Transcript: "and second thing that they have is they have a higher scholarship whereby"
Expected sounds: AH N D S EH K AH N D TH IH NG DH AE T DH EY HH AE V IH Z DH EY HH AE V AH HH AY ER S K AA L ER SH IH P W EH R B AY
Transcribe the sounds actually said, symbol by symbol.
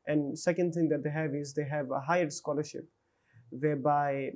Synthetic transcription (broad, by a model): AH N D S EH K AH N D T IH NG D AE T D EY HH AE V IH Z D EY HH AE V AH HH AY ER S K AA L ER SH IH P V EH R B AY